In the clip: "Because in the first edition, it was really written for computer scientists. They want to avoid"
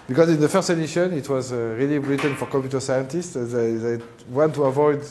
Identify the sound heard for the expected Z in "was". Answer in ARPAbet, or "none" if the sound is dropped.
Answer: Z